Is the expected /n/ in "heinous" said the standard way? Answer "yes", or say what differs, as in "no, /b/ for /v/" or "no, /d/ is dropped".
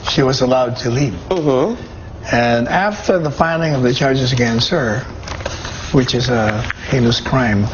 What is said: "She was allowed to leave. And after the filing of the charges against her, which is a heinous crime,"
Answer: no, /l/ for /n/